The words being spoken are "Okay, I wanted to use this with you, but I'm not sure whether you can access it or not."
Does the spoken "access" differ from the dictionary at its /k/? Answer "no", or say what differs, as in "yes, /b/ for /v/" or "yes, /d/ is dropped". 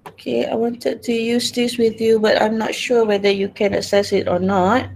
yes, /k/ is dropped